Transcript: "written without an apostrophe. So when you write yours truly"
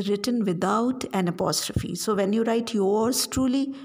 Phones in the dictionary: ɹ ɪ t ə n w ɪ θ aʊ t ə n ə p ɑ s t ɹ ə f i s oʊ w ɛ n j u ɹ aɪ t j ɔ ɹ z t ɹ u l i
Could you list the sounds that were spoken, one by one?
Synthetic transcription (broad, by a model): ɹ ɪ t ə n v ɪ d aʊ t ə n ə p ɑ s t ɹ ə f i s oʊ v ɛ n j u ɹ aɪ t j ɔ ɹ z t ɹ u l i